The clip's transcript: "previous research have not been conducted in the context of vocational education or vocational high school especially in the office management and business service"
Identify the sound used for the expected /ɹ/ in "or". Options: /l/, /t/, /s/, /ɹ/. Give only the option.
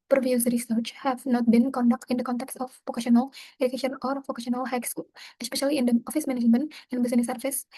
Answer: /ɹ/